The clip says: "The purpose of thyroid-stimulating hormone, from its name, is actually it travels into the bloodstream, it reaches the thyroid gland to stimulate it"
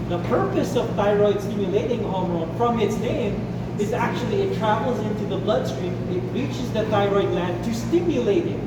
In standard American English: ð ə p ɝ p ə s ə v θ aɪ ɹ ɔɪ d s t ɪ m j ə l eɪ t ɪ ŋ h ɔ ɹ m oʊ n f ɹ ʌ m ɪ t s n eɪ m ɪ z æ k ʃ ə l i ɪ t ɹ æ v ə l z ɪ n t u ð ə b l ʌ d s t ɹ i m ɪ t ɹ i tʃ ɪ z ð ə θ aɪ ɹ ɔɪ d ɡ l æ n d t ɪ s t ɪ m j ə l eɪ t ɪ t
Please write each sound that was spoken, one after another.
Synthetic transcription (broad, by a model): ð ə p ɝ p ə s ə v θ aɪ ɹ ɔɪ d s t ɪ m j ə l eɪ t ɪ ŋ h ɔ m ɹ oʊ f ɹ ʌ m ɪ t s n eɪ m ɪ z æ k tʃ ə l i ɪ t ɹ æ v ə l z ɪ n t u ð ə b l ʌ d s t ɹ i m ɪ t ɹ i tʃ ɪ z ð ə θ aɪ ɹ ɔɪ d l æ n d t ɪ s t ɪ m j ə l eɪ t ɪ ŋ